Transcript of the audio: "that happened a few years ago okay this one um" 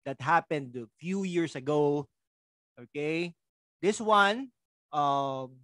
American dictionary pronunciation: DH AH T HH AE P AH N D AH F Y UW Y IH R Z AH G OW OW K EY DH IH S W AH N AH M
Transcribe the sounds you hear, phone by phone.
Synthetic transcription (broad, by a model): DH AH T HH AE P AH N D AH F Y UW Y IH R S AH G OW OW K EY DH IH S W AH N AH M